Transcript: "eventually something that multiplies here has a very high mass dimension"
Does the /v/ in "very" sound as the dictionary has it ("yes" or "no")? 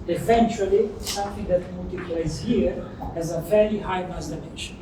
no